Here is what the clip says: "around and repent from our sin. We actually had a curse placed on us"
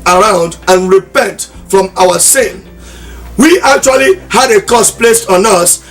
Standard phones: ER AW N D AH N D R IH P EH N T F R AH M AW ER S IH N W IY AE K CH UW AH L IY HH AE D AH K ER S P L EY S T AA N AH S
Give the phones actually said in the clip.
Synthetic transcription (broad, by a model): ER AW N D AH N R IH P EH N T F R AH M AW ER S IH N W IY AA K CH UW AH L IY HH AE D AH K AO S P L EY S T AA N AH S